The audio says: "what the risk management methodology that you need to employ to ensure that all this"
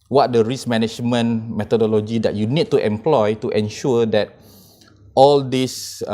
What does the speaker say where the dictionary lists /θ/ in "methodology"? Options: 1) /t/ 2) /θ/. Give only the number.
1